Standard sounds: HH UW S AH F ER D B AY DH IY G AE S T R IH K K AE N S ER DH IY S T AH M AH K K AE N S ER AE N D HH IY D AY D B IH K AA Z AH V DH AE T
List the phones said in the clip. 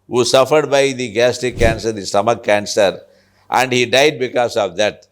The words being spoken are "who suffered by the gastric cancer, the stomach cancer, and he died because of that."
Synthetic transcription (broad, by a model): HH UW S AH F ER D B AY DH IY G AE S T IH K K AE N S ER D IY S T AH M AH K K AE N S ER AE N D HH IY D AY D B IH K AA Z AH V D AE T